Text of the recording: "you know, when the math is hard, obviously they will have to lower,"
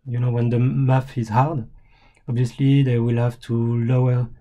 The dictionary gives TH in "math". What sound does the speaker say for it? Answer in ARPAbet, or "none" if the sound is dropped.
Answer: F